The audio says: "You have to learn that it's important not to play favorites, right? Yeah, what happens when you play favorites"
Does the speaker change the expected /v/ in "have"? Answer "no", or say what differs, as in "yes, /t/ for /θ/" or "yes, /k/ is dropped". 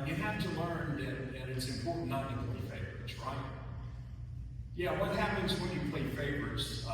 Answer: yes, /f/ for /v/